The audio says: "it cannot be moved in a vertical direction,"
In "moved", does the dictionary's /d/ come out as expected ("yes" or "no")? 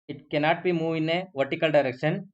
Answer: no